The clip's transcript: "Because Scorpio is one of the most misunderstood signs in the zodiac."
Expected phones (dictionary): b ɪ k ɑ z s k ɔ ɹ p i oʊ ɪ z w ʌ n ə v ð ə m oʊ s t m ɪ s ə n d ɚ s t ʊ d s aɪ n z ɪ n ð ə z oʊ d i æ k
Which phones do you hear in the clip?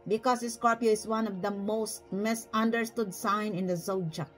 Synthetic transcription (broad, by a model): b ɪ k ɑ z s k ɔ ɹ p i oʊ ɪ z w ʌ n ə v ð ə m oʊ s t m ɪ s ə n d ɚ s t ʊ d s aɪ n ɪ n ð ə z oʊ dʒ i